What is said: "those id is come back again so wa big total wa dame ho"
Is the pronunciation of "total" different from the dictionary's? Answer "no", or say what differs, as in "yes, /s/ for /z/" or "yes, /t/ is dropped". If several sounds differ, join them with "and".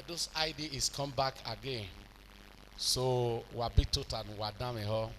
yes, /n/ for /l/